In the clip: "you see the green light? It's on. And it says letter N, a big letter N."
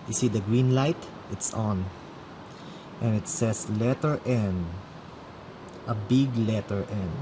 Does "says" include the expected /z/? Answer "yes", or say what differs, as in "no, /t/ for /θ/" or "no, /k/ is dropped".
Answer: no, /s/ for /z/